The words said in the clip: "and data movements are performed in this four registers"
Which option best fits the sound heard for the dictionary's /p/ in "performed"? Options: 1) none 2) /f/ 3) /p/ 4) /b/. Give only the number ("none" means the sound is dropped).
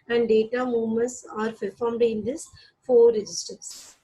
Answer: 2